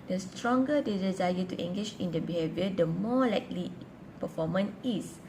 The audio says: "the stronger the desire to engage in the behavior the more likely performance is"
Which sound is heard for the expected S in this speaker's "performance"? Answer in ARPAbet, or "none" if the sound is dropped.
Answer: none